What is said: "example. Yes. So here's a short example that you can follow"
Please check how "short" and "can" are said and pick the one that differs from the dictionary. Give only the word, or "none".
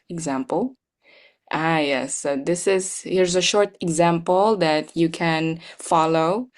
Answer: none